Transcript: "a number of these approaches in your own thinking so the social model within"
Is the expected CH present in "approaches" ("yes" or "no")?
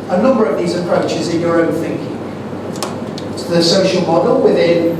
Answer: yes